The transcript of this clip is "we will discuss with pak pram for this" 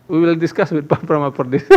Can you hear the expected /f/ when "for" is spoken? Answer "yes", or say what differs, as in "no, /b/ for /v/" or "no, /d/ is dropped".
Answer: no, /p/ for /f/